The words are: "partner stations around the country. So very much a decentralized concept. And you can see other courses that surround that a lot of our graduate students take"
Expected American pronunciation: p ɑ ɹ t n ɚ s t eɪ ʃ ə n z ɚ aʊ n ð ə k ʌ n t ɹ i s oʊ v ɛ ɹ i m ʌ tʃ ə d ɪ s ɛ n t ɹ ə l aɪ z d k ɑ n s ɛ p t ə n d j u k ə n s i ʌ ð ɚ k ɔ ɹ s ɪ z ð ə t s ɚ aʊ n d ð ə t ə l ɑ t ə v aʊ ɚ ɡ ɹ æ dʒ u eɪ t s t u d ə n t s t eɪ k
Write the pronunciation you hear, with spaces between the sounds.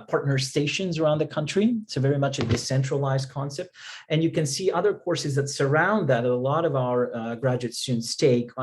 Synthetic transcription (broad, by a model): p ɑ ɹ t n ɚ s t eɪ ʃ ə n z ɚ aʊ n ð ə k ʌ n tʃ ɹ i s oʊ v ɛ ɹ i m ʌ tʃ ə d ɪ s ɛ n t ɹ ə l aɪ z d k ɑ n s ɛ p t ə n j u k ə n s i ʌ ð ɚ k ɔ ɹ s ɪ z ð ə t s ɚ aʊ n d ð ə t ə l ɑ t ə v aʊ ɚ ɡ ɹ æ dʒ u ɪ t s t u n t s t eɪ k